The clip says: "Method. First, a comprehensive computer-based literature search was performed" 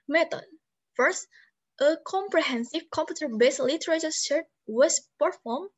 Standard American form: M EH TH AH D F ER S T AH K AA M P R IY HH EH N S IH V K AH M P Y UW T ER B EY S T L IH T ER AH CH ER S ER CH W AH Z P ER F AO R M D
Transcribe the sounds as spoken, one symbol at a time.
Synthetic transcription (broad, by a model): M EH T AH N F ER S T AH K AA M P R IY HH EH N S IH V K AH M P Y UW T ER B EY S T L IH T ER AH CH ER SH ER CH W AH S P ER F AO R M